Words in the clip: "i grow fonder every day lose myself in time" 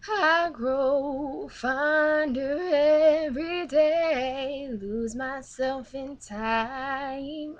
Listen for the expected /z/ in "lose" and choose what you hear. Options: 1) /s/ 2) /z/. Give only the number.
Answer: 2